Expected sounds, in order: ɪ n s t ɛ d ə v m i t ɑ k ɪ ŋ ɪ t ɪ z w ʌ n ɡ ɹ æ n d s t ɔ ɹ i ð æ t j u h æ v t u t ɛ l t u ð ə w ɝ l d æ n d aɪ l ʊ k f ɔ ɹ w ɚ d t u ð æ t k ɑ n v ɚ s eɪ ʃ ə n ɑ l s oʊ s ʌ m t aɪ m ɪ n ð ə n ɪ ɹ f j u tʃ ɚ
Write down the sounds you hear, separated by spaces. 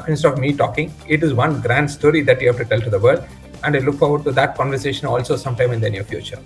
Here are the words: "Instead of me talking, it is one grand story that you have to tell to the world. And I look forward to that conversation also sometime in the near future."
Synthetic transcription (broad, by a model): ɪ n s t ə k m i t ɑ k ɪ ŋ ɪ t ɪ z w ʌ n ɡ ɹ æ n d s t ɔ ɹ i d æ t j u h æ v t u t ɛ l t u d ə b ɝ d æ n d aɪ l ʊ k f ɔ ɹ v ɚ d t u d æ t k ɑ n v ɚ s eɪ ʃ ə n ɑ l s oʊ s ʌ m t aɪ m ɪ n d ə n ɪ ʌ f j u tʃ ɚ